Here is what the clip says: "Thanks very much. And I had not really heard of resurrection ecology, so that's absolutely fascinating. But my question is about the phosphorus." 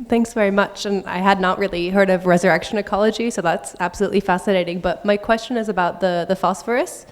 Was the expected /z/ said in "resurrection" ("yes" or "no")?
yes